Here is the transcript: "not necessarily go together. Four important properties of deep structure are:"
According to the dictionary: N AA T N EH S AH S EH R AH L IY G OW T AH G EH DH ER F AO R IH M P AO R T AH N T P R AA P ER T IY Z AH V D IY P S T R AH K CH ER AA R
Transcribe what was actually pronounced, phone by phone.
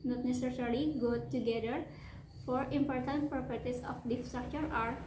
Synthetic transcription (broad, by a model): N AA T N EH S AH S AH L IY G OW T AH G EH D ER F AO R IH M P AO R T AH N T P R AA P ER T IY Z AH F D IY F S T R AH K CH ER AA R